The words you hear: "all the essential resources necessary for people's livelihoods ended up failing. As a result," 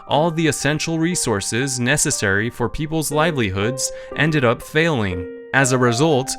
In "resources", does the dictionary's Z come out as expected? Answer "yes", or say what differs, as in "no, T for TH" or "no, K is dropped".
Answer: yes